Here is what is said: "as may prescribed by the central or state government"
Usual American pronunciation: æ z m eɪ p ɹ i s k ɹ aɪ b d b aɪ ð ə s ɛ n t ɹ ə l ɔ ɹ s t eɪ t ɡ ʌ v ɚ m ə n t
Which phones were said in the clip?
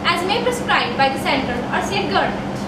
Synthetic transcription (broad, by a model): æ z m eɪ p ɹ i s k ɹ aɪ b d b aɪ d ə s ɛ n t ə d ɔ ɹ s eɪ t ɡ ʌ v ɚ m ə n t